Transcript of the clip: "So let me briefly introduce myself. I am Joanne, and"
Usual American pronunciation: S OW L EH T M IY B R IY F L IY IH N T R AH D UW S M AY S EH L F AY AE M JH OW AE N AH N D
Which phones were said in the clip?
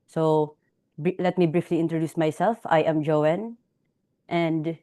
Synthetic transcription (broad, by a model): S OW L EH T M IY B R IY F L IY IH N T R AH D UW S M AY S EH L F AY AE M JH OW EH N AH N D